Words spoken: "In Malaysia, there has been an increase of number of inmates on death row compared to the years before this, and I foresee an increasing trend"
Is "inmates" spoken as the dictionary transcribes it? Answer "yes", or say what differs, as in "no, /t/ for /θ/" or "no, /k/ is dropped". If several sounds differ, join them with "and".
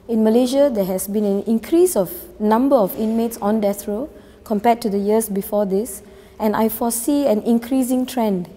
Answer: yes